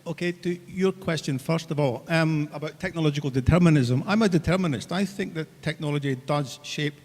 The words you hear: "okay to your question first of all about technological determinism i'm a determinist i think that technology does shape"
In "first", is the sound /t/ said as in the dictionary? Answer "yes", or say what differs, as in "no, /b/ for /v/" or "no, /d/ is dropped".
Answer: yes